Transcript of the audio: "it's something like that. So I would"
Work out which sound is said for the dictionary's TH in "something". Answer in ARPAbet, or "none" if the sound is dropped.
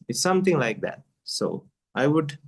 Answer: T